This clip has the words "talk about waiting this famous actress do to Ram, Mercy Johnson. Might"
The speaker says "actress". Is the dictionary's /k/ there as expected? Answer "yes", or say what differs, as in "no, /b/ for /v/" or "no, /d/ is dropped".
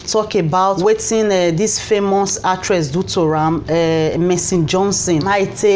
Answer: no, /k/ is dropped